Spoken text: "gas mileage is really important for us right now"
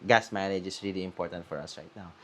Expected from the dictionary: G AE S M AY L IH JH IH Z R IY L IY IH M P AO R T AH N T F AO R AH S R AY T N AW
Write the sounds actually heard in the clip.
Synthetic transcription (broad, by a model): G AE S M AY N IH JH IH S R IY L IY IH M P AO R T AH N T F AO R AH S R AY T N AW